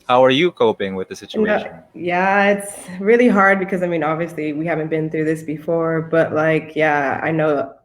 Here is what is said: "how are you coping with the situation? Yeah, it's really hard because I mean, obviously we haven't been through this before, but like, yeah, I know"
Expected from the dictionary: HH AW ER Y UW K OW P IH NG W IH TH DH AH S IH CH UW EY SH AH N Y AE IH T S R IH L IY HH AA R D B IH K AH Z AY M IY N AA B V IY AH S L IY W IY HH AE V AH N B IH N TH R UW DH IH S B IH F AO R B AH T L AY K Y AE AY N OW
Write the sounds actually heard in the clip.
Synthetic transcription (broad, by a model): HH AW ER Y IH K OW P IH NG W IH DH AH S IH CH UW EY AH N Y AE IH T S R IH L IY HH AA R D B IH K AH Z AY M IY N AA B V IY AH S L IY W IY HH AE V AH N B IH N TH R UW DH IH S B IH F AO R B AH T L AY K Y AE AY N OW